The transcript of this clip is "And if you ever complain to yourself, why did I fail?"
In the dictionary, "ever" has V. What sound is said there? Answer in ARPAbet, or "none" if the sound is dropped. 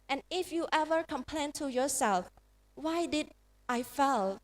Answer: V